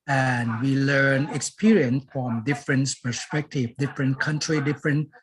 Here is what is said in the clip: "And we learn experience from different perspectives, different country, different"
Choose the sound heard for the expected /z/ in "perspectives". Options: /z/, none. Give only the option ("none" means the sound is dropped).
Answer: none